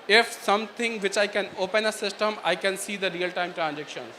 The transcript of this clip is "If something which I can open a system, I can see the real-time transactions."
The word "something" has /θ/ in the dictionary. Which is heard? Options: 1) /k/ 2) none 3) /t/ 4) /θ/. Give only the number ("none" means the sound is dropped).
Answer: 3